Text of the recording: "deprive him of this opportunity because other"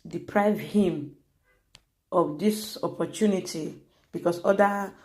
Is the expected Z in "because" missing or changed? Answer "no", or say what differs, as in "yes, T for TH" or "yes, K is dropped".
yes, S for Z